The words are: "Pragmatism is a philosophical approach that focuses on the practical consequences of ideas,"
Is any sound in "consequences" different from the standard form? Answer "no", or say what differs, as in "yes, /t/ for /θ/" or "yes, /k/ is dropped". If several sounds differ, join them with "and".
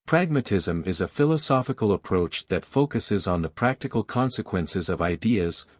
no